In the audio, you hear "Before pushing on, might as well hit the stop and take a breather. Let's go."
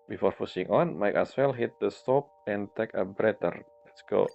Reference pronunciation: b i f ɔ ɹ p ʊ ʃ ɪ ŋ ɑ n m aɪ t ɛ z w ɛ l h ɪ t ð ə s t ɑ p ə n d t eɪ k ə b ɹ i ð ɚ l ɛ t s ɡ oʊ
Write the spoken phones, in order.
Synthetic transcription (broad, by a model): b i f ɔ ɹ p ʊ s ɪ ŋ ɑ n m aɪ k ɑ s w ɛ l h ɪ t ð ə s t ɑ p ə n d t eɪ k ə b ɹ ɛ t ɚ l ɛ t s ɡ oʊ